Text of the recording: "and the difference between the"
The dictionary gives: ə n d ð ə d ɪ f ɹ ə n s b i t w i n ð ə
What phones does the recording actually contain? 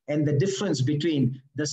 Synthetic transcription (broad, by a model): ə n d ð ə d ɪ f ɹ ə n s b i t w i n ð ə